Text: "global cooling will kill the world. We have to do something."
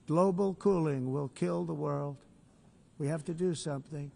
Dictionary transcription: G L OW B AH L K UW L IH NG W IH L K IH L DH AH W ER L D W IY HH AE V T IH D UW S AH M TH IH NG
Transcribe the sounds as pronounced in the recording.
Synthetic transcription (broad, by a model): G L OW B L K UW L IH NG W IH L K IH L DH AH W ER L D W IY HH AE F T IH D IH S AH M TH IH NG